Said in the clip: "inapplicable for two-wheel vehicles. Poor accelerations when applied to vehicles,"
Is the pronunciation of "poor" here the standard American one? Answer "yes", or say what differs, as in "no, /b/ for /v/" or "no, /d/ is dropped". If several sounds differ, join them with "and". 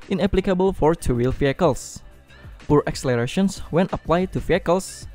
yes